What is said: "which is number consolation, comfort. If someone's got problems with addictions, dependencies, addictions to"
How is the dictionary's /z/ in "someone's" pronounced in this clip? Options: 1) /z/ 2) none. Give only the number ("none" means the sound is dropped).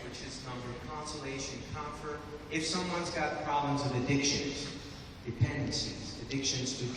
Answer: 1